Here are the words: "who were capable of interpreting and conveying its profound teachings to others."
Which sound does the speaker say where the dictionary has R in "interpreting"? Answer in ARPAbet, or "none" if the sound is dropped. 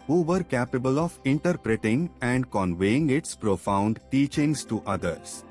R